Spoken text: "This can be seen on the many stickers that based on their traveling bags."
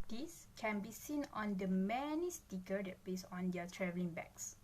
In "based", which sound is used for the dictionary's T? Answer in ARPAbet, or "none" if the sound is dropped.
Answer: none